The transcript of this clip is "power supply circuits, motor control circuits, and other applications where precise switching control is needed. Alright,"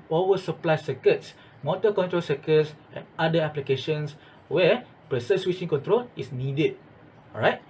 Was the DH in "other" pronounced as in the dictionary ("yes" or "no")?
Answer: no